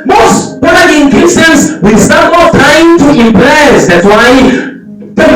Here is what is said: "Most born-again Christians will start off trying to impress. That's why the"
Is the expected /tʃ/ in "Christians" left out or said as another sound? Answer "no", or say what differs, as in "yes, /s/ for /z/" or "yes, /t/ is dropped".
yes, /tʃ/ is dropped